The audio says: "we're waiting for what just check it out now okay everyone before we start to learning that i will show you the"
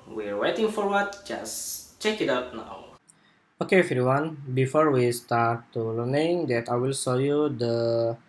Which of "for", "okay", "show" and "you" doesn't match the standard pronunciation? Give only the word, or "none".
show